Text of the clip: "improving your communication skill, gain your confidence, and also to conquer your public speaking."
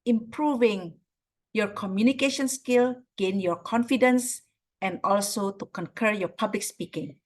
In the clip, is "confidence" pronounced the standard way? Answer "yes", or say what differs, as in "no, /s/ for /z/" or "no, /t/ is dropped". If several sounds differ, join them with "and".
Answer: yes